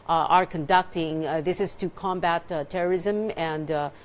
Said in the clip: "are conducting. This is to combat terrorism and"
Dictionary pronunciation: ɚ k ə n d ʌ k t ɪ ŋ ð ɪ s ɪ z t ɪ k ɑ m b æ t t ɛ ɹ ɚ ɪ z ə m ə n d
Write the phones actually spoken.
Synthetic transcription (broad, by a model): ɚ k ə n d ʌ k t ɪ ŋ ð ɪ s ɪ z t ɪ k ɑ m b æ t t ɛ ɹ ɚ ɪ z ə m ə n d